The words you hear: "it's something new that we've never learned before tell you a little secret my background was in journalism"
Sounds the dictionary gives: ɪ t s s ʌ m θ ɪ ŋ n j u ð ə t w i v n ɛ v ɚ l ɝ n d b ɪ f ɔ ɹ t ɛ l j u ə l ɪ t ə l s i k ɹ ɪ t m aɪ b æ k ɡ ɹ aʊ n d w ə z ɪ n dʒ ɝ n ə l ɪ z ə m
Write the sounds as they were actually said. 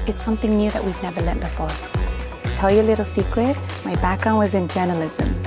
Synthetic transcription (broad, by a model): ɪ t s s ʌ m θ ɪ ŋ n j u ð ə t w i v n ɛ v ɚ l ɝ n b ɪ f ɔ ɹ t ɛ l j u ə l ɪ t l s i k ɹ ɪ t m aɪ b æ k ɡ ɹ aʊ n d w ə z ɪ n dʒ ɝ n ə l ɪ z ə m